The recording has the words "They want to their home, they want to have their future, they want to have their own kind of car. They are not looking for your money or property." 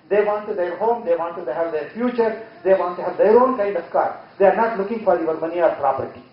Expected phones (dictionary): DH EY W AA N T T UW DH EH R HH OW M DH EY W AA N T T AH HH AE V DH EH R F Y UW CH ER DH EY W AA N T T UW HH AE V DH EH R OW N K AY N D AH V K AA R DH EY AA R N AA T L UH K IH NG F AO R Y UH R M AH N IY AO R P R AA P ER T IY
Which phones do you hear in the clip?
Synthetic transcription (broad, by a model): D EY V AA N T T UW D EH R HH OW M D EY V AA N T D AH HH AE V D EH R F Y UW CH ER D EY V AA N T T UW HH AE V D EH R OW N K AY D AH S K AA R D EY AA R N AA T L UH K IH NG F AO R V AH R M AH N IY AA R P R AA P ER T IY